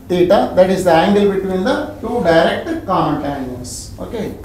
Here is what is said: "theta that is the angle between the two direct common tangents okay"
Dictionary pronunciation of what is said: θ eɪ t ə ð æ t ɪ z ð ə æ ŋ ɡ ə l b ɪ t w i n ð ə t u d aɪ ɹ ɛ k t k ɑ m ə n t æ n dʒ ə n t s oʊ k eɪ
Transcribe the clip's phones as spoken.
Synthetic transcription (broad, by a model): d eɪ t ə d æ t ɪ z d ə æ ŋ ɡ ə l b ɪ t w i n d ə t u d aɪ ɹ ɛ k t k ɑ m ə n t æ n ə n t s oʊ k eɪ